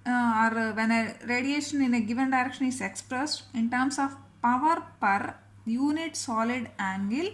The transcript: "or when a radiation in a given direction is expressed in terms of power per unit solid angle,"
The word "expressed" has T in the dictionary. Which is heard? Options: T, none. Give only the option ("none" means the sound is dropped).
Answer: T